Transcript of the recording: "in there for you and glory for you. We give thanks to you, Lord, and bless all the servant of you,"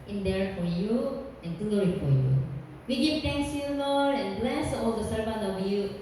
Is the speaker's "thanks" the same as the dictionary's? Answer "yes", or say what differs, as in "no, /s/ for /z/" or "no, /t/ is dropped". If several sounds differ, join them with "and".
no, /t/ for /θ/